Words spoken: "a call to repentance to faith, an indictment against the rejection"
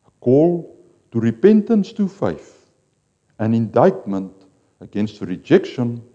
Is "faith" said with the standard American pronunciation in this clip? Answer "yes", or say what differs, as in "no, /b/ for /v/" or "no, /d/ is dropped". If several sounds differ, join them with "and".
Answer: no, /f/ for /θ/